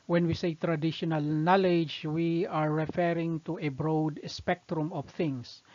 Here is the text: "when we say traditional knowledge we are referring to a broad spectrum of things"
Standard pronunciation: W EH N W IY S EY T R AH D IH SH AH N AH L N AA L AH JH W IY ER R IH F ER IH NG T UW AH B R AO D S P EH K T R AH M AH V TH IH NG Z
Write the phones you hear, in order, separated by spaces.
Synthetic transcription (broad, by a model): W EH N W IY S EY T R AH D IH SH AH N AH L N AA L AH JH W IY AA R IH F ER IH NG T UW AH B R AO D S P EH K T R AH M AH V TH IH NG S